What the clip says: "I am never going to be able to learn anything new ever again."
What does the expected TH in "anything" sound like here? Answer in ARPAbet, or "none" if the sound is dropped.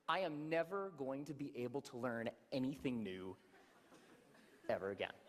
TH